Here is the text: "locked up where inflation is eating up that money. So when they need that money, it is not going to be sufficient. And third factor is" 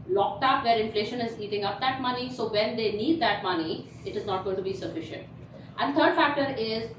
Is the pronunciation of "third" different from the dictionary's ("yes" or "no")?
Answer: yes